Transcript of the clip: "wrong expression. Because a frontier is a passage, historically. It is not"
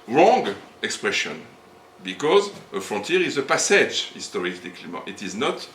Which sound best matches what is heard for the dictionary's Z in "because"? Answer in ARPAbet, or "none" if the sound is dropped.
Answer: Z